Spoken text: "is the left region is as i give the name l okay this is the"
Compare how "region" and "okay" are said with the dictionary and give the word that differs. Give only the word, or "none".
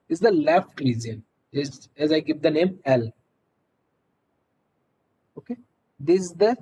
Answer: region